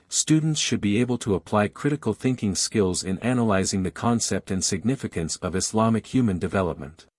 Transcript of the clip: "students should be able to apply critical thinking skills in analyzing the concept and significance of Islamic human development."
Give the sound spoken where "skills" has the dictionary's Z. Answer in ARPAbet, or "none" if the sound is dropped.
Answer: Z